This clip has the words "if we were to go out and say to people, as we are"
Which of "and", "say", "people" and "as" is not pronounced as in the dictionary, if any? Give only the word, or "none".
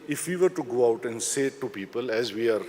none